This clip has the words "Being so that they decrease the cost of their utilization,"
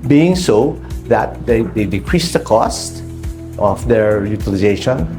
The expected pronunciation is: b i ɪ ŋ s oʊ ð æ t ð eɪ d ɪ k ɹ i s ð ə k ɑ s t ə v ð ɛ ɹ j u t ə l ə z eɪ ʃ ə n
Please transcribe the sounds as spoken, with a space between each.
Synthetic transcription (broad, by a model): b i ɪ ŋ s oʊ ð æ t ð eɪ d ɪ k ɹ i s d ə k ɑ s t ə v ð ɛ ɹ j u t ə l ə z eɪ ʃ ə n